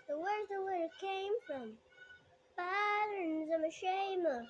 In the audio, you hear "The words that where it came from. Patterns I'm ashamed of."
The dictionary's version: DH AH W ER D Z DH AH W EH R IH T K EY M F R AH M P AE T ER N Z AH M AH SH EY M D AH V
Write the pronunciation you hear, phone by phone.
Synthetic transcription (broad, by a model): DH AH W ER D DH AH W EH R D K EY M F R AH M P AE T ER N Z AH M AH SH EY M AH